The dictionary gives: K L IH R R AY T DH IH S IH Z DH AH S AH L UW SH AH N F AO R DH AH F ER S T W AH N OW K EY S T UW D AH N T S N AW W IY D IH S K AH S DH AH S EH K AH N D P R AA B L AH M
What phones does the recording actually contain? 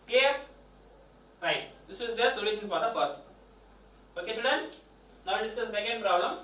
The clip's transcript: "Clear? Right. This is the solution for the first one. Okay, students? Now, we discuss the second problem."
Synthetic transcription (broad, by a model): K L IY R R AY T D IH S IH Z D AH S AH L UW SH AH N F AO R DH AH F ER T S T OW K EY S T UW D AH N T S N AW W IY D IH S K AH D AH S EH K AH N D P R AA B L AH M